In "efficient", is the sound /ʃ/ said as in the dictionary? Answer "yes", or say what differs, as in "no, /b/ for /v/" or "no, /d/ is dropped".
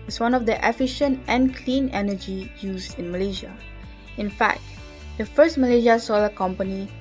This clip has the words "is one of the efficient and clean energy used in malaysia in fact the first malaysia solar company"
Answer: yes